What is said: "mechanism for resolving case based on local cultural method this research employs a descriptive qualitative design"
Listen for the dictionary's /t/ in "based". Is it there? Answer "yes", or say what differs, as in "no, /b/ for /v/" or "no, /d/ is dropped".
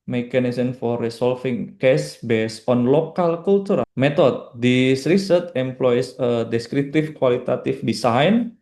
no, /t/ is dropped